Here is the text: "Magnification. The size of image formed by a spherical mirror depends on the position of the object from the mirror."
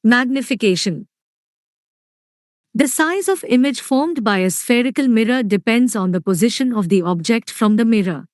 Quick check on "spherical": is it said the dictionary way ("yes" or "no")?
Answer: yes